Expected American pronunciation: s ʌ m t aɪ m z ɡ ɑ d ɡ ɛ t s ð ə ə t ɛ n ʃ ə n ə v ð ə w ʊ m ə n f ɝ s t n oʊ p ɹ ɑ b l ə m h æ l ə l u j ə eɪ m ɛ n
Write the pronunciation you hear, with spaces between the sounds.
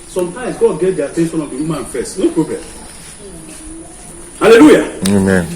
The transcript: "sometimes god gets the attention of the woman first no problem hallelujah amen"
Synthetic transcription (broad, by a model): s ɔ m t aɪ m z ɡ ɑ d ɡ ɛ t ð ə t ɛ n s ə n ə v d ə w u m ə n f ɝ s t n oʊ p ɹ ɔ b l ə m h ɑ l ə l u j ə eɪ m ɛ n